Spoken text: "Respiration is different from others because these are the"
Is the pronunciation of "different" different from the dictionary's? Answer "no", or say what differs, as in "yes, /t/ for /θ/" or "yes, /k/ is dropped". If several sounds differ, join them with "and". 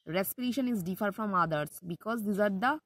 yes, /ɹ/ is dropped and /n/ is dropped